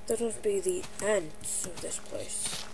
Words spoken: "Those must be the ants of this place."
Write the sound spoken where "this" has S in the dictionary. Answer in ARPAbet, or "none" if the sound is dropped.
S